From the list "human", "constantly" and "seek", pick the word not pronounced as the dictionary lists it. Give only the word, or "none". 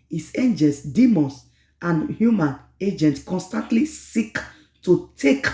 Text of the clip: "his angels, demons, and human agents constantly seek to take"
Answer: none